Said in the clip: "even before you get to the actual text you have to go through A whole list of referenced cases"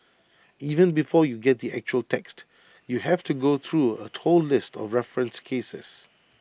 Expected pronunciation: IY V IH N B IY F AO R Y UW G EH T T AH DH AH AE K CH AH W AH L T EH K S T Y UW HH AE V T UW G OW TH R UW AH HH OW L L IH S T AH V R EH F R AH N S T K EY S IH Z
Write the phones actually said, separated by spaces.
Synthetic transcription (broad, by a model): IY V IH N B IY F AO Y UW G EH T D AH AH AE K CH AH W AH L T EH K S T Y UW HH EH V T UW G OW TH R UW AH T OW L L IH S T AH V R EH F R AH N S K EY S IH S